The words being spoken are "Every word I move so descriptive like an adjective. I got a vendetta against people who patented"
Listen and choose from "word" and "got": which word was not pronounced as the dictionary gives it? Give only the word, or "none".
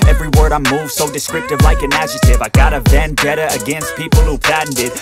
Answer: none